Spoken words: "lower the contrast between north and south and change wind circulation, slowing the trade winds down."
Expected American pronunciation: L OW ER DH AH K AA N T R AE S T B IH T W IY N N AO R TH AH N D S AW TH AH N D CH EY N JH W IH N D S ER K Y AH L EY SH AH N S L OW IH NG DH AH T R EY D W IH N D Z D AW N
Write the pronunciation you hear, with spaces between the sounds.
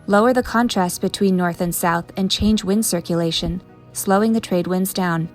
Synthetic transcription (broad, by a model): L OW ER DH AH K AA N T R AE S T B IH T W IY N N AO R TH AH N S AW TH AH N CH EY N JH W IH N D S ER K Y AH L EY SH AH N S L OW IH NG DH AH T R EY D W IH N D Z D AW N